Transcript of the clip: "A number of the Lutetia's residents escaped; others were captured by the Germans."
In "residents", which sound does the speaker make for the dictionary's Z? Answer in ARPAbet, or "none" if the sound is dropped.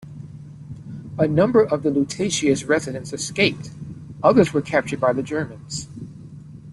Z